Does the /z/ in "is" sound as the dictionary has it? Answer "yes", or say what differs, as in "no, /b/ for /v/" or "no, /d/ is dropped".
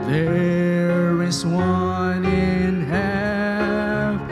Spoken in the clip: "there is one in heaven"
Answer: no, /s/ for /z/